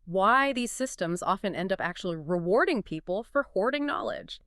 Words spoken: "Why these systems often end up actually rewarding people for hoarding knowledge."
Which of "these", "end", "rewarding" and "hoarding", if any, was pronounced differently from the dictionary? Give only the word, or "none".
none